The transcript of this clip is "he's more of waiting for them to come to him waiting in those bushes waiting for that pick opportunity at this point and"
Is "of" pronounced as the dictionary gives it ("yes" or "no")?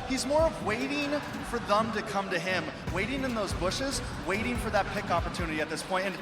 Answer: yes